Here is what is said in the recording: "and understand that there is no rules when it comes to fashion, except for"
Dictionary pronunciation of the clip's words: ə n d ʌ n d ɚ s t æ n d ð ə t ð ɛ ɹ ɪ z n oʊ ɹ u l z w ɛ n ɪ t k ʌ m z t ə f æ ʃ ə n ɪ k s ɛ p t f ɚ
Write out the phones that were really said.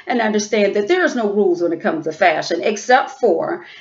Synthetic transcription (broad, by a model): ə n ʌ n d ɚ s t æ n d ð ə t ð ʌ ɹ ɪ z n oʊ ɹ u l z w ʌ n ɪ t k ʌ m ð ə f æ ʃ ə n ɪ k s ɛ p t f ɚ